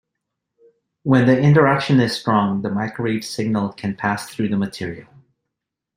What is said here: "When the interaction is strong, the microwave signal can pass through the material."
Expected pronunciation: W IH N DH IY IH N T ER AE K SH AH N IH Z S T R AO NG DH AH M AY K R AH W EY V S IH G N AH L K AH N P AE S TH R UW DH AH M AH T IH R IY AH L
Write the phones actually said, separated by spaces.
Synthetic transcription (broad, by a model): W IH N DH IY IH N T ER AE K SH AH N IH Z S T R AO NG DH AH M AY K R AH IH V S IH G N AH L K AH N P AE S TH R UW DH AH M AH T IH R IY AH L